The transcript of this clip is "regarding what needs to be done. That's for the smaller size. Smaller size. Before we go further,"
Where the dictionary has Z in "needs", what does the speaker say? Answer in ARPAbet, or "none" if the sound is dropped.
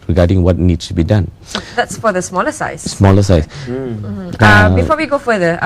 S